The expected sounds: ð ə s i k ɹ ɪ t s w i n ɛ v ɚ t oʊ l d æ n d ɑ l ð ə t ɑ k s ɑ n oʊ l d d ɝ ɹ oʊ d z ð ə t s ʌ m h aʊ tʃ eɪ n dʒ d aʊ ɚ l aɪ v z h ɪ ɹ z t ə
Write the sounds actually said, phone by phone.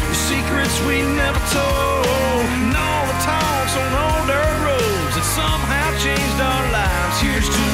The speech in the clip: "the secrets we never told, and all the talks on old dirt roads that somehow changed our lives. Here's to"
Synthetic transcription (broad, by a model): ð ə s i k ɹ ɪ t s w i n ɛ v ɚ t oʊ l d n ɑ l ð ə t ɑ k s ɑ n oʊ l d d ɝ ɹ oʊ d z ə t s ʌ m h aʊ tʃ eɪ n dʒ d aʊ ɚ l aɪ v z h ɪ ɹ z t